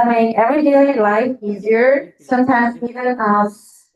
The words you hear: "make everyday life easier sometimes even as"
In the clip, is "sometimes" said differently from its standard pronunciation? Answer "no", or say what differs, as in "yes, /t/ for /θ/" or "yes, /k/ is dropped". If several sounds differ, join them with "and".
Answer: no